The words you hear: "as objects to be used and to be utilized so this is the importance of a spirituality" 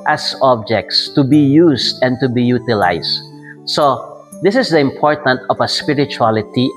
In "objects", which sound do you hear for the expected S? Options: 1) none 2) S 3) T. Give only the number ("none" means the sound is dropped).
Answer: 2